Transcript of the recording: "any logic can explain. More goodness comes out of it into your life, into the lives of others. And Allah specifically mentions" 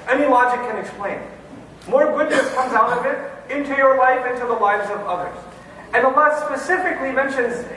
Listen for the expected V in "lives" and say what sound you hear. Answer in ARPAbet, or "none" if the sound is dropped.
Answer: V